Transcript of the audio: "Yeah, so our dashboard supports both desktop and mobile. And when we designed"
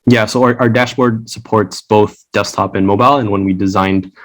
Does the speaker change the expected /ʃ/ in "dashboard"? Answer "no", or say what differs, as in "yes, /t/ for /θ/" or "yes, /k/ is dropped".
no